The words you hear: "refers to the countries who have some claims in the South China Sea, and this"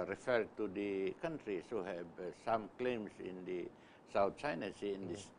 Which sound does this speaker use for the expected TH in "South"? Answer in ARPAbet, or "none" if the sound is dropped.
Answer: T